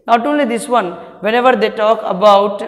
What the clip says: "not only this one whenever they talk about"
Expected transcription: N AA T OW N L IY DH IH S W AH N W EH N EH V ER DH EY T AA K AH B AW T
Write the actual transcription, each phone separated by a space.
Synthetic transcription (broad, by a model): N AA T OW N L IY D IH S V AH N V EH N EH V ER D EY T AA K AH B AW T